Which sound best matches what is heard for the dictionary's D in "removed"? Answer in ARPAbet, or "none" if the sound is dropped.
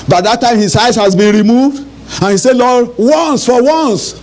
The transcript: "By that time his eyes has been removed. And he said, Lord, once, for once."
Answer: D